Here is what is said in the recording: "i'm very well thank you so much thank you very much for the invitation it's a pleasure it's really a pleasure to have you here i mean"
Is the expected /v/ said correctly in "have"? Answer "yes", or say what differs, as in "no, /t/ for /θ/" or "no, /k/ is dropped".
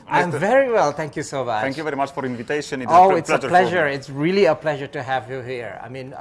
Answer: yes